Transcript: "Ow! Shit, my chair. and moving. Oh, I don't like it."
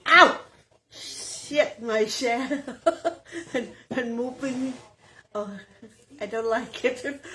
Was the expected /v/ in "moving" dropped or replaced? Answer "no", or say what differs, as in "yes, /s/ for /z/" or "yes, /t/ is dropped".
yes, /p/ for /v/